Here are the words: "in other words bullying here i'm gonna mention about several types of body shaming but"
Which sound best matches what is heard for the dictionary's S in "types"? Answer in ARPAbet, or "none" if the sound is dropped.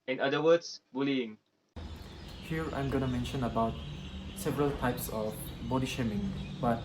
S